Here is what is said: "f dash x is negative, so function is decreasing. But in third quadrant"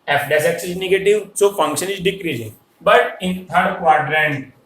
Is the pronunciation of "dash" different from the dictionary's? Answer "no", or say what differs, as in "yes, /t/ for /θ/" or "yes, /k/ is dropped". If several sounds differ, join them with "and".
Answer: yes, /s/ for /ʃ/